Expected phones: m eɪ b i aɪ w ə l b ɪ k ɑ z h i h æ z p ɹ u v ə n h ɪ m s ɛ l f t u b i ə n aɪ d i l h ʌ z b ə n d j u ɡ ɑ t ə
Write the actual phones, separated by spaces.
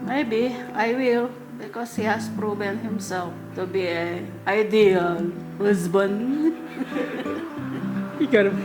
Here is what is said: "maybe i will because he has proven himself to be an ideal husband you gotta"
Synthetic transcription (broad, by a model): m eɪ b i aɪ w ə l b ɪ k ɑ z h i h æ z p ɹ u b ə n h ɪ m s ɛ l f t u b i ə aɪ d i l h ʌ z b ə n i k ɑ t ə